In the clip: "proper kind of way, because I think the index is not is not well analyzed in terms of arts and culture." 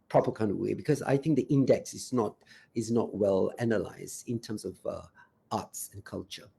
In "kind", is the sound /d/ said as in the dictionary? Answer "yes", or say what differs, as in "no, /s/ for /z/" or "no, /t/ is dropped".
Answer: yes